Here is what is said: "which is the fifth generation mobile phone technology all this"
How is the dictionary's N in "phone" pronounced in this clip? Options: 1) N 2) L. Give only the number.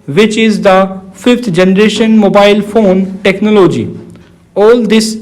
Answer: 1